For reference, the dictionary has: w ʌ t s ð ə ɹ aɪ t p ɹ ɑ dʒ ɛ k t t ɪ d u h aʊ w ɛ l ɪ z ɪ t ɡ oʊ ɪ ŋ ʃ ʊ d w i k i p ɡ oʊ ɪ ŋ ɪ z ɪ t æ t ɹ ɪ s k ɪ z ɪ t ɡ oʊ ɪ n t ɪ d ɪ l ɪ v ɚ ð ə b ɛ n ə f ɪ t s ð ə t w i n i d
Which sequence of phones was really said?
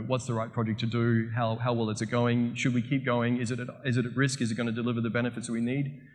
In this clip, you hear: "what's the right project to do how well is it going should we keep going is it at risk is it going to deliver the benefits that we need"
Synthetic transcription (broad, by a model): w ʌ t s ð ə ɹ aɪ t p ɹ ɑ dʒ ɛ k t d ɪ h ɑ h aʊ w ɛ l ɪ s ɪ t ɡ oʊ ɪ ŋ ʃ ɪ d w i k i p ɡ oʊ ɪ ŋ ɪ z ɪ t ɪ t ɹ ɪ s k ɪ z ɪ t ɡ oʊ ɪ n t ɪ d ɪ l ɪ v ɚ ð ə b ɛ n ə f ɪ t s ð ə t w i n i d